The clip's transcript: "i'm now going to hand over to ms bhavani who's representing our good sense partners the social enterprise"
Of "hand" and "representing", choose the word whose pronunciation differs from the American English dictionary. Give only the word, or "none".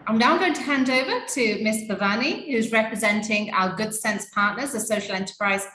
none